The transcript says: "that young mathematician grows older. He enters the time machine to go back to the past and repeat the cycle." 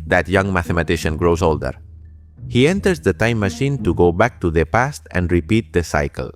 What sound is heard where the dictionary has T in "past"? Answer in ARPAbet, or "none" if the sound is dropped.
T